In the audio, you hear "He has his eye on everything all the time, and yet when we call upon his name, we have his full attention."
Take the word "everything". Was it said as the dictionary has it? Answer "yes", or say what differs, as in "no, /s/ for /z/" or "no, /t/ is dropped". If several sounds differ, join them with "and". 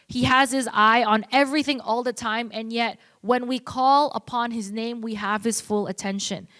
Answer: yes